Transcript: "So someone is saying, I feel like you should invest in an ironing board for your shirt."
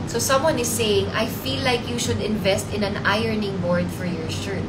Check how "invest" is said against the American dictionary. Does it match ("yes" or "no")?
yes